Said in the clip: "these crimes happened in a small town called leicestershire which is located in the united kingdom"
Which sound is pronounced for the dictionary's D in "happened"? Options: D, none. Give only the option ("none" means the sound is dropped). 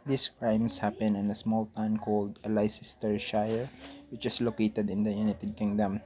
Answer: none